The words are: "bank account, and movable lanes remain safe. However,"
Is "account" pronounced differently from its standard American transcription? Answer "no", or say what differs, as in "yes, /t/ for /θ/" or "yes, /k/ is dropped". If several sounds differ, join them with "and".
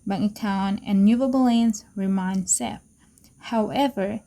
yes, /t/ is dropped